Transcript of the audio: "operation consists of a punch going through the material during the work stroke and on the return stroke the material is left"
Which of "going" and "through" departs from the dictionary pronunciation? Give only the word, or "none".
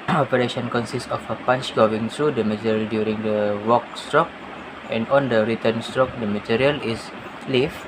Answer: through